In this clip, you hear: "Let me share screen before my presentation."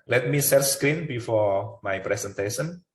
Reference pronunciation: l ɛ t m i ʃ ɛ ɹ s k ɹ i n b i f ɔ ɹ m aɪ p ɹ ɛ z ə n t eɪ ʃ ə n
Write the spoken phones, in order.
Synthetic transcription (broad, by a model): l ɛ t m i s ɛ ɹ s k ɹ i n b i f ɔ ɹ m aɪ p ɹ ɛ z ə n t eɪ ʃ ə n